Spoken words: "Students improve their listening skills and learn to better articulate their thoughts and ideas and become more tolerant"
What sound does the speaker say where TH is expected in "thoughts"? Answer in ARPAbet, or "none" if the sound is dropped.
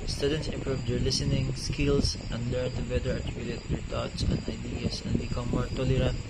T